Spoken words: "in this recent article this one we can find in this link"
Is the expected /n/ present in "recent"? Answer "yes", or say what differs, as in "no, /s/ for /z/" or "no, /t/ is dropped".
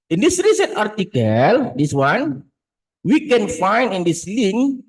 yes